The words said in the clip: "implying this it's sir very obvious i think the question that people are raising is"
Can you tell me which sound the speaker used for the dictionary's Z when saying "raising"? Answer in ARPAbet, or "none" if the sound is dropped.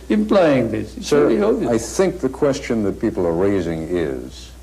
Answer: Z